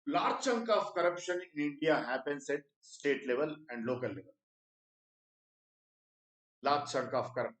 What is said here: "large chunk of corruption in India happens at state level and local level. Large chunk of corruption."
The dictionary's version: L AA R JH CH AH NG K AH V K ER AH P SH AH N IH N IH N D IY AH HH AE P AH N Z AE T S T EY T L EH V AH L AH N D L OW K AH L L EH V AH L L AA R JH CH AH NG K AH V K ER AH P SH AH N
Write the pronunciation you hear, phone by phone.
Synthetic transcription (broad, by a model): L AA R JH CH AH NG K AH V K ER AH P SH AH N IH N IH N D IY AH HH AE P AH N S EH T S T EY T L EH V AH L AH N D L OW K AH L L EH V AH L L AA R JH CH AH NG K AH F K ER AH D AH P